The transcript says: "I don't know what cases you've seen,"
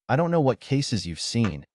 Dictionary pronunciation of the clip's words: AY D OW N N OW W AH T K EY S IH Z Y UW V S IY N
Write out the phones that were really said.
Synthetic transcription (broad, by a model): AY D OW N N OW W AH T K EY S IH Z Y UW V S IY N